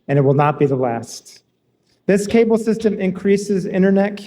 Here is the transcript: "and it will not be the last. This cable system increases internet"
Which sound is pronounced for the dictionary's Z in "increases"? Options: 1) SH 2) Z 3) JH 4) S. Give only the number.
2